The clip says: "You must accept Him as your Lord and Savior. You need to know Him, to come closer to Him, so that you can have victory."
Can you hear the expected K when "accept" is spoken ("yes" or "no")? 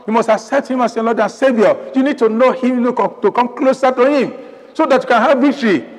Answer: no